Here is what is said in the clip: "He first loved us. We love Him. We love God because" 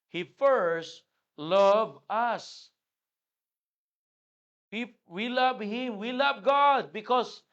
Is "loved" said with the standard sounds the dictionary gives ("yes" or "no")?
no